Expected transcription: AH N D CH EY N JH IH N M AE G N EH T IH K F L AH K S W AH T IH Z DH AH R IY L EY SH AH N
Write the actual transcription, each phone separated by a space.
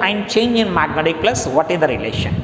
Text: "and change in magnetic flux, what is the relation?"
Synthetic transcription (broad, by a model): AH N D CH EY N JH IH N M AE G N EH T IH K P L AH S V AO T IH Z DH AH R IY L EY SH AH N